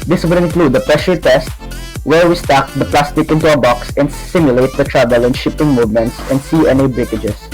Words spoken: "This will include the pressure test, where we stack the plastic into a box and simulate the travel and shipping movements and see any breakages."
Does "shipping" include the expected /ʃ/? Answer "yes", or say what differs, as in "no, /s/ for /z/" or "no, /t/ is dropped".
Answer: yes